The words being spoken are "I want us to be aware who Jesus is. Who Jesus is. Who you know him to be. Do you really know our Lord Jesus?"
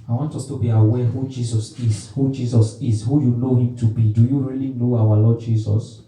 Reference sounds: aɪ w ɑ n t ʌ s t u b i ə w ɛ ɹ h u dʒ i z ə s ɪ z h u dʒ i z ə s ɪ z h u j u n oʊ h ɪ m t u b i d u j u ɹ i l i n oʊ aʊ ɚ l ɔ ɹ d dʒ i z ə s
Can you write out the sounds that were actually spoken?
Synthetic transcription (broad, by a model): aɪ w ɑ n t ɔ s t u b i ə w ɛ h u dʒ i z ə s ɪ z h u dʒ i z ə s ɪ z h u j u n oʊ h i m t u b i d u j u ɹ i l i n oʊ aʊ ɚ l ɔ d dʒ i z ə s